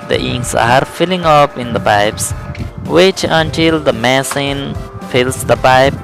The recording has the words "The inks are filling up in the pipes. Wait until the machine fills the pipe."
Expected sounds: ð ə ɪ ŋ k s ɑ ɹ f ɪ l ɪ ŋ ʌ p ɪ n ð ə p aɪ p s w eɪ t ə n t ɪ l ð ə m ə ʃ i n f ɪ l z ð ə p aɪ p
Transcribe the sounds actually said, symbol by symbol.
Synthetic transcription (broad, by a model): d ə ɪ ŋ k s ɑ ɹ f ɪ l ɪ ŋ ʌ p ɪ n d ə p aɪ p s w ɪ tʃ ə n t ɪ l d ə m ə s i n f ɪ l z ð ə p aɪ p